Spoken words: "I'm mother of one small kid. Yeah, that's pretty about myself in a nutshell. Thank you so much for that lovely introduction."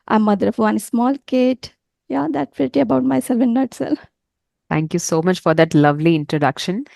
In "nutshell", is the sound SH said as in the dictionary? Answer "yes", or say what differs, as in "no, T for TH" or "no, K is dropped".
no, S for SH